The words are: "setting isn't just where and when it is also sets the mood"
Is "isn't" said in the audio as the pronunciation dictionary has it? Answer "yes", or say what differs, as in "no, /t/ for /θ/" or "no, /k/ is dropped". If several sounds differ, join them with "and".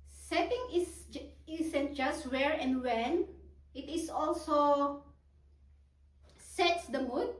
no, /s/ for /z/